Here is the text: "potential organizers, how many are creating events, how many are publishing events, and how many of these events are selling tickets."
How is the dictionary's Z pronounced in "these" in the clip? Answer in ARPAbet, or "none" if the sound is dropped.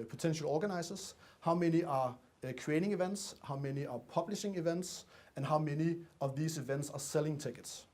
S